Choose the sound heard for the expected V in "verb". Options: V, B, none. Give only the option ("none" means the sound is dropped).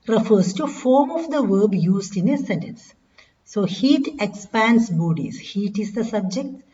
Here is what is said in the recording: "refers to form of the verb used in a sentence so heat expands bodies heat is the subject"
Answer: V